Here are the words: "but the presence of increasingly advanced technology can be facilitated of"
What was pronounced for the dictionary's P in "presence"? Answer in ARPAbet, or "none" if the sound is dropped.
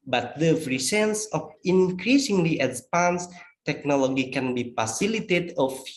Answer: F